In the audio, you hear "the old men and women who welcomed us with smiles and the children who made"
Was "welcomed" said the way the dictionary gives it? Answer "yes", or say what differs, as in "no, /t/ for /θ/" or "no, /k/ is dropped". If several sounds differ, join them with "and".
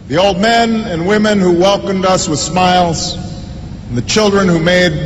yes